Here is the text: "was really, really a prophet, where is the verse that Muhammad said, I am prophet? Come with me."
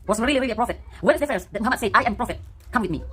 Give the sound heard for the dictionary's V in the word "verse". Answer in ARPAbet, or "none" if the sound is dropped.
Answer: F